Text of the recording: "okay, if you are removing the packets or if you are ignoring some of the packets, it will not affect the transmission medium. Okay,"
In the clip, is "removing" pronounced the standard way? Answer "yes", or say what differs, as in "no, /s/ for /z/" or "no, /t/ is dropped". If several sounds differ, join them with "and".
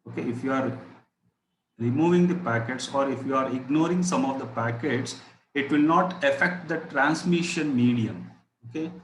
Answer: yes